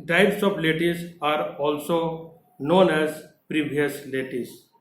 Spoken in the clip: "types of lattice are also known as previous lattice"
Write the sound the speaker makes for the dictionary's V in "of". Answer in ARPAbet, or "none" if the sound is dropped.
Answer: P